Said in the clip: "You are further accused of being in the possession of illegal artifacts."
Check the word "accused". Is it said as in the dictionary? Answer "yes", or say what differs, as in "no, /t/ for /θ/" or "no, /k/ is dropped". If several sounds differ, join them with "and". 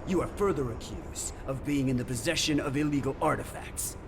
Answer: yes